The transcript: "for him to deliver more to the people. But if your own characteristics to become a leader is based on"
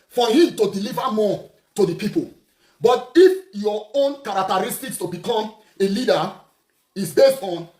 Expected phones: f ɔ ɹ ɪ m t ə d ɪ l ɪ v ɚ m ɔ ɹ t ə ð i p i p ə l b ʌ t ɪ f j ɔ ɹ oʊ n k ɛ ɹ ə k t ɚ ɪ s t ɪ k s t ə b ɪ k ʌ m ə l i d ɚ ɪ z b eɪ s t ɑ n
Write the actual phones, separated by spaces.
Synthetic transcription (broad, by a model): f ɔ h ɪ m t ə d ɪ l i v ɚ m ɔ t ə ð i p i p ə l b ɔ t ɪ f j ɔ oʊ n k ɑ ɹ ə k t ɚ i s t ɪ k s t ə b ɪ k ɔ m ə l i d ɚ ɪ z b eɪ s ɑ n